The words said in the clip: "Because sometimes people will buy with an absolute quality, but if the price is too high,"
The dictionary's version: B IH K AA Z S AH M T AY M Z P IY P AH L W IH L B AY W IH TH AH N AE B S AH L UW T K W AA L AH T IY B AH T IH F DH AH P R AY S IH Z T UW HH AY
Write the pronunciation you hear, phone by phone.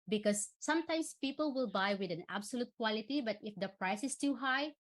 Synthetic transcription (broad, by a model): B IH K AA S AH M T AY M S P IY P AH L W IH L B AY W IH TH AH N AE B S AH L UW T K W AA L AH T IY B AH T IH F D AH P R AY S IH S T UW HH AY